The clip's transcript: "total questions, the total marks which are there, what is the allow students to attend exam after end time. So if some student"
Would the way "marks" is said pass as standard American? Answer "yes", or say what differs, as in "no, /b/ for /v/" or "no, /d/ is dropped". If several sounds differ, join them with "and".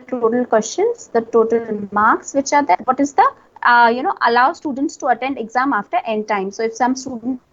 yes